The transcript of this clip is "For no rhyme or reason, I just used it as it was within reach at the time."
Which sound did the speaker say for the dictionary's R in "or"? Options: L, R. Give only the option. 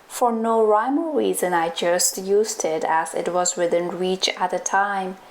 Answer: L